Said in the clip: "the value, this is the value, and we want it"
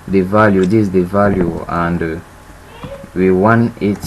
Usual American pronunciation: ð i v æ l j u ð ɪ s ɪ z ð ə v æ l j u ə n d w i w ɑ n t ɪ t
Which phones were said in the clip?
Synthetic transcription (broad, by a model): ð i v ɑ l j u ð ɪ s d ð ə v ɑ l j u ə n d w i w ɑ n ɪ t